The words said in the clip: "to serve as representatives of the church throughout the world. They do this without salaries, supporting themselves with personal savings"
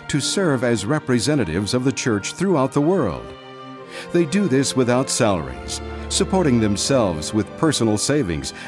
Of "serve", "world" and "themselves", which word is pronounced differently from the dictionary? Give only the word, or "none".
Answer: none